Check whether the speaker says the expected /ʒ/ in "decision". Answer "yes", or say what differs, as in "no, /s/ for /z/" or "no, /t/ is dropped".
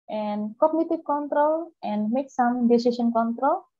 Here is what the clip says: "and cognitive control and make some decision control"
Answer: no, /ʃ/ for /ʒ/